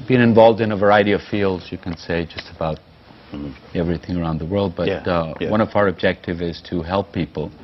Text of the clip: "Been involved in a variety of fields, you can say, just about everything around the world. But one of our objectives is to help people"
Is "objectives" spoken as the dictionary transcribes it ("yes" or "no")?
no